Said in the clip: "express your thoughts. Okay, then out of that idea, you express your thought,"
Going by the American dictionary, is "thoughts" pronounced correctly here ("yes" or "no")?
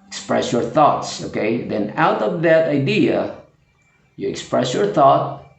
yes